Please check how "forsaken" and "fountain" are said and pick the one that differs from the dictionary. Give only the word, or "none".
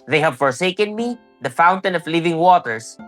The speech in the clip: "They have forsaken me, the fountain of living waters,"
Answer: none